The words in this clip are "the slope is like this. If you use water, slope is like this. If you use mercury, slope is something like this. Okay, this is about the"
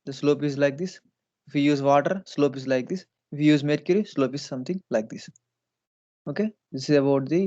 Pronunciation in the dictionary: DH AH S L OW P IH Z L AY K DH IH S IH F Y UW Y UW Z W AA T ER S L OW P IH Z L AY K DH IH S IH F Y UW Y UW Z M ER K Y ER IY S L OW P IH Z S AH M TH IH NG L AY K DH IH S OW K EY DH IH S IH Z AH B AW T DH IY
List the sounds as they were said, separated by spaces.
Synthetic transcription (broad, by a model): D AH S L OW P IH Z L AY K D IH S IH F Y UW Y UW Z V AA T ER S L OW P IH Z L AY K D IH S IH F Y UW Y UW Z M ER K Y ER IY S L OW P IH Z S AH M T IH NG L AY K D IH S OW K EY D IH S IH Z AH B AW T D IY